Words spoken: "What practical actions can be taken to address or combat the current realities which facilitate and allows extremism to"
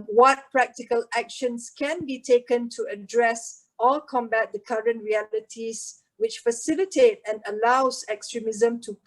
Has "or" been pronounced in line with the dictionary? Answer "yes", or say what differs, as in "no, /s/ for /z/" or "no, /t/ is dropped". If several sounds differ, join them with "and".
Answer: no, /l/ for /ɹ/